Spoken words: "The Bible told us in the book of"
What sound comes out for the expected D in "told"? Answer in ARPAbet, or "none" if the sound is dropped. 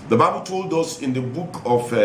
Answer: D